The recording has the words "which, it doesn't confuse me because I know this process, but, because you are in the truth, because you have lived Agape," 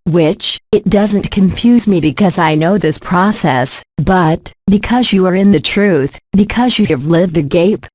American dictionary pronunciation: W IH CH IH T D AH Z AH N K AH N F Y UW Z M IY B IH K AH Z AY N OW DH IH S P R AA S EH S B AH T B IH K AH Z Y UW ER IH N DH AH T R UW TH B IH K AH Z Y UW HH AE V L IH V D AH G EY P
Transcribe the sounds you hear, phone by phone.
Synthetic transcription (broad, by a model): W IH CH IH T D AH Z AH N K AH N F Y UW Z M IY B IH K AH Z AY N OW DH IH S P R AA S EH S B AH T B IH K AH Z Y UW ER IH N DH AH T R UW TH B IH K AH Z Y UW V L IH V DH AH G EY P